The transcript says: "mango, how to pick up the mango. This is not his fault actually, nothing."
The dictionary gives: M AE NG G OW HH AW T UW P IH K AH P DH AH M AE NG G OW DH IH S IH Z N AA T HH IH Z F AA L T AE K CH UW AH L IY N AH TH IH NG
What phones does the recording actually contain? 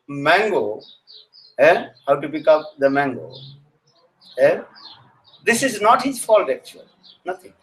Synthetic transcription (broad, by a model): M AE NG G OW HH AW T UW P IH K AH P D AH M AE NG G OW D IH S IH Z N AA T HH IH Z F AA L T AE K CH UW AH L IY N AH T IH NG